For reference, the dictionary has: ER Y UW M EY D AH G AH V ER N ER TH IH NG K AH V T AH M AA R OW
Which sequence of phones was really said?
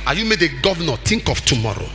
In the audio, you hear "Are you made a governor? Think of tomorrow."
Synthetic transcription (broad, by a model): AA Y UW M EY D AH G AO V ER N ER T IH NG K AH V T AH M AA R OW